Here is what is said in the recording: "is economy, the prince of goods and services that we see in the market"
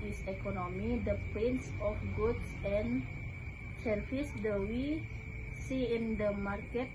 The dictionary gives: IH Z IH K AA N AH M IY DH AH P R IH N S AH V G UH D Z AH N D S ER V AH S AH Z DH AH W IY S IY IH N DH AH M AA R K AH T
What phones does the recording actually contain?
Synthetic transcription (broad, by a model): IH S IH K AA N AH M IY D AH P IH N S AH F G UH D S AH N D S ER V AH S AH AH W IY S IY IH N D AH M AA R K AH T